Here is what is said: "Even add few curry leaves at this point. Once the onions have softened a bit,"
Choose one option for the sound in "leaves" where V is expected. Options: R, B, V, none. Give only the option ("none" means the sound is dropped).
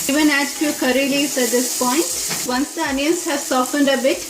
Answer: none